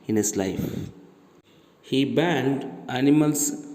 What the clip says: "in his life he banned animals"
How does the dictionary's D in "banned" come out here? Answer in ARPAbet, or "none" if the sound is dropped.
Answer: D